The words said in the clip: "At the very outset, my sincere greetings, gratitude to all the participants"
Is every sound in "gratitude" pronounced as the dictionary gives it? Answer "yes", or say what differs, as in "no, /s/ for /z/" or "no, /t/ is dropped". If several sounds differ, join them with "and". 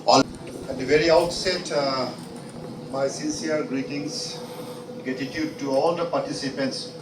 no, /ɹ/ is dropped